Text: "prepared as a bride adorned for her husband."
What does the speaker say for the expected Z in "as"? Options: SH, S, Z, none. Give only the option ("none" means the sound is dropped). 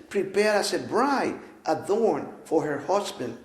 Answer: S